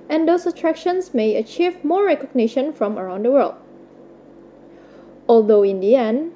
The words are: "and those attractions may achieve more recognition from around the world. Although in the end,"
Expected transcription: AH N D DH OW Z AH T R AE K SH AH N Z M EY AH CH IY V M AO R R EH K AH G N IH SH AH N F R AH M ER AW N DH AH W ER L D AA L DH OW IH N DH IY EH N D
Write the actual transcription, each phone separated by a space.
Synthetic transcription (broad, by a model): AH N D OW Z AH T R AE K SH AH N S M EY AH CH IY V M AO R R EH K AH G N IH SH AH N F R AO M ER AW N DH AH W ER L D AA L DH OW IH N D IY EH N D